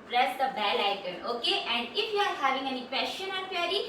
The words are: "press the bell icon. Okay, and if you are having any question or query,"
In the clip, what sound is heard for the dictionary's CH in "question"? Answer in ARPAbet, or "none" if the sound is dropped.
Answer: SH